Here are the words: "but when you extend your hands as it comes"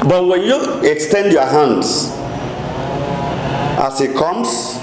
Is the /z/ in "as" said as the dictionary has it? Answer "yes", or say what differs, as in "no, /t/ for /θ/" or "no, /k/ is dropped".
no, /s/ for /z/